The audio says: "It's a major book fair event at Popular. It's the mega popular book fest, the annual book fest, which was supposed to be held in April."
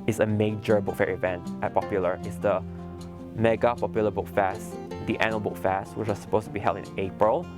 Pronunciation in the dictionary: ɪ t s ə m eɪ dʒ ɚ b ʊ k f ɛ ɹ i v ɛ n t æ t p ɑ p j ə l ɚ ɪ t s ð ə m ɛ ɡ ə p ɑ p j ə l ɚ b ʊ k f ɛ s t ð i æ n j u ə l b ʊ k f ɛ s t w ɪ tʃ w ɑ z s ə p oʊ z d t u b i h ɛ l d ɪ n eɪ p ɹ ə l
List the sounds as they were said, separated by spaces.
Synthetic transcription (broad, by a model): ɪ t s ə m eɪ dʒ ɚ b ʊ k f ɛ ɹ i v ɛ n t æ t p ɑ p j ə l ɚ ɪ t s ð ə m ɛ ɡ ə p ɑ p j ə l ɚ b ʊ k f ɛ s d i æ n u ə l b ʊ k f ɛ s t w ɪ tʃ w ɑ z s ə p oʊ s t u b i h ɛ l d ɪ n eɪ p ɹ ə l